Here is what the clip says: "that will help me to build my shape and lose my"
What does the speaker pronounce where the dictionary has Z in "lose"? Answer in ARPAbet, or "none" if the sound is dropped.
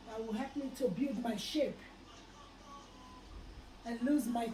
Z